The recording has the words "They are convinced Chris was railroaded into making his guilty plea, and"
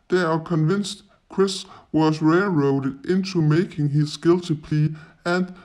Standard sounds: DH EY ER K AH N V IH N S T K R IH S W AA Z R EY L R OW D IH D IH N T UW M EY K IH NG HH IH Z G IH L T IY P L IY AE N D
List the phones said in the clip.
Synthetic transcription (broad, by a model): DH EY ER K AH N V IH N S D K R IH S W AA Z R EY L R OW D IH D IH N S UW M EY K IH NG HH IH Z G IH L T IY P L IY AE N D